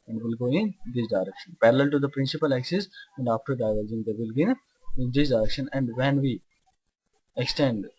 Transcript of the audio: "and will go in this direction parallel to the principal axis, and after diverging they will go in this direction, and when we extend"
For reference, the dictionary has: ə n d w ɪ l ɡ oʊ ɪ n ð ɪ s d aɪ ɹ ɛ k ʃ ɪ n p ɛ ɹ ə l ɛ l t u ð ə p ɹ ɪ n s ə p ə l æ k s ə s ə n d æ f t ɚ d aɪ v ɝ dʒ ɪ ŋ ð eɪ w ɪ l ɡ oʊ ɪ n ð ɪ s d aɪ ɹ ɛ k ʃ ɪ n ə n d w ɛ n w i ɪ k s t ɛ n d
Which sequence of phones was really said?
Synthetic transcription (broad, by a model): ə n d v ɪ l ɡ oʊ ɪ n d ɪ s d aɪ ɹ ɛ k ʃ ɪ n p ɛ ɹ ə l ɛ l t u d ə p ɹ ɪ n s ə p ə l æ k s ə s ə n d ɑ f t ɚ d aɪ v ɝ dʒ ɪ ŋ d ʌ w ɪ l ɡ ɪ ɪ n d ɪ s d aɪ ɹ ɛ k ʃ ɪ n ə n d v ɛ n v i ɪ k s t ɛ n d